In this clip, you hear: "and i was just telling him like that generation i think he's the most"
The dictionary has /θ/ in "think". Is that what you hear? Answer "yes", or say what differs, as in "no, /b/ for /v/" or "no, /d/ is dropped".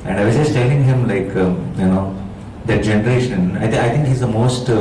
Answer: no, /t/ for /θ/